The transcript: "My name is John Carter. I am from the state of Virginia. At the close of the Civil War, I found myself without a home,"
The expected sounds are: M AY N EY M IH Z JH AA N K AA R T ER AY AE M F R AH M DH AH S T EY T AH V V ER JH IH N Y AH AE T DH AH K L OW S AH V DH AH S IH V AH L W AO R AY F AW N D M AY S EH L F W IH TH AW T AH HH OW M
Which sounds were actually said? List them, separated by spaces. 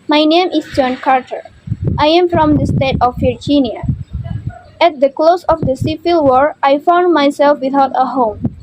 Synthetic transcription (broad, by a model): M AY N EY M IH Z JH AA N K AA R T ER AY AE M F R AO M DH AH S T EY T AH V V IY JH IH N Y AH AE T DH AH K L OW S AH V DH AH S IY F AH L W AO R AY F AW N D M AY S EH L F W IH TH AW T AH HH OW M